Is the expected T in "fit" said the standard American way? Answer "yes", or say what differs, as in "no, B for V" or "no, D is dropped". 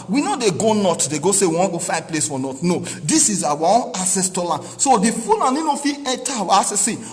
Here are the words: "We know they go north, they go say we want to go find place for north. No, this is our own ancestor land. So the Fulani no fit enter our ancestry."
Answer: no, T is dropped